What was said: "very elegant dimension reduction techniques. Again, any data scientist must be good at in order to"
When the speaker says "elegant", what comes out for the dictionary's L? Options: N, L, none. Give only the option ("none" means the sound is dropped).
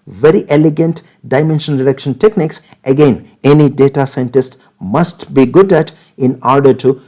L